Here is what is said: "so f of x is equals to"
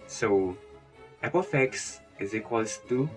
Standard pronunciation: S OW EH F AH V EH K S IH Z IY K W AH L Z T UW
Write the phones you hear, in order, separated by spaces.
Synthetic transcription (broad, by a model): S OW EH P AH F EH K S IH Z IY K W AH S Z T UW